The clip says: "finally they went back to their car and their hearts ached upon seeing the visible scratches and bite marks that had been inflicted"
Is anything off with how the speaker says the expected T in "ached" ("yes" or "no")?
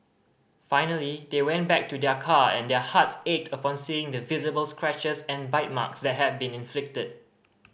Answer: no